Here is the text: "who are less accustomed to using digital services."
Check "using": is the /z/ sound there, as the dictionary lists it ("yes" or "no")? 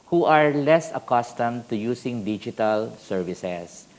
no